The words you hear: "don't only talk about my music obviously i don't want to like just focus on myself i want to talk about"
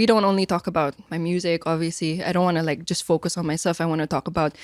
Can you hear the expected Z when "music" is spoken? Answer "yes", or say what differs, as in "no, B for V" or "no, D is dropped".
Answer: yes